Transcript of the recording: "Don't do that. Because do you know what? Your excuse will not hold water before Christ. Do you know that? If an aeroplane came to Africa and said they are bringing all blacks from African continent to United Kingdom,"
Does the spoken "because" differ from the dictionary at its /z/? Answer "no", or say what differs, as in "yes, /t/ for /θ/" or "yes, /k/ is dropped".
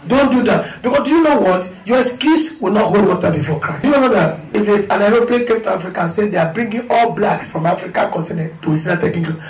yes, /s/ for /z/